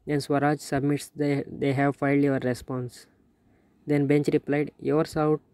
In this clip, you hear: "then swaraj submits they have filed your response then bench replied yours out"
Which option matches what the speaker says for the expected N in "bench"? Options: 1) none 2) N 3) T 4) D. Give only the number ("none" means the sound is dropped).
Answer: 2